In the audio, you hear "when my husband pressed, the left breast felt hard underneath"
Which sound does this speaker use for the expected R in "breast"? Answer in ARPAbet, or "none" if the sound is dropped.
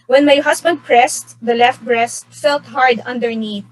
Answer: R